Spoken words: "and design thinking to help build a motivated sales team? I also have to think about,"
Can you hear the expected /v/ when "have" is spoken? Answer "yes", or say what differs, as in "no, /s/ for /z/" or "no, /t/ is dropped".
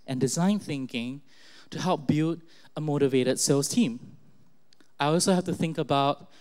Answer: no, /f/ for /v/